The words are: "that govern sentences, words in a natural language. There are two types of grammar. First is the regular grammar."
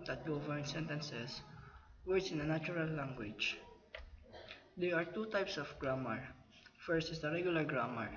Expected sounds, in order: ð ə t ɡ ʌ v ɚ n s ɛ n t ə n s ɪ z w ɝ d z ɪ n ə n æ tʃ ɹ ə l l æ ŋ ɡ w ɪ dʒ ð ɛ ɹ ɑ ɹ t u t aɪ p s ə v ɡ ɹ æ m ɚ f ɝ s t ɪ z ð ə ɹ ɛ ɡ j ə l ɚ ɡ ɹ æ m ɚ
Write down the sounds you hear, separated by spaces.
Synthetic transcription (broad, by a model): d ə t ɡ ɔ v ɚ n s ɛ n t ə n s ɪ s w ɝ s ɪ n ə n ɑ tʃ ɹ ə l l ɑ ŋ ɡ w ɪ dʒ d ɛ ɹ ɑ ɹ t u t aɪ p s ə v ɡ ɹ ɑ m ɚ f ɝ s t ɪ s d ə ɹ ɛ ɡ j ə l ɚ ɡ ɹ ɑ m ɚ